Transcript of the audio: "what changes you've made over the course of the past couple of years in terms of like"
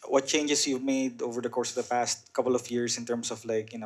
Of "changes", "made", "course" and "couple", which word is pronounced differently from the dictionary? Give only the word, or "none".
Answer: changes